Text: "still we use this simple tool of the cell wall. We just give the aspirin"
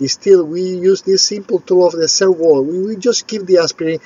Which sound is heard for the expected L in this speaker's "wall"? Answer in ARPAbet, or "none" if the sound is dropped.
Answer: W